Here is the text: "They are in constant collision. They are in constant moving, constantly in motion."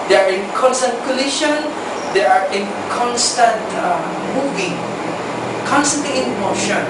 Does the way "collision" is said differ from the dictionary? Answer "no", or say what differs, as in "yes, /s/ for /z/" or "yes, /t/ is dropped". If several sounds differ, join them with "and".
yes, /ʃ/ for /ʒ/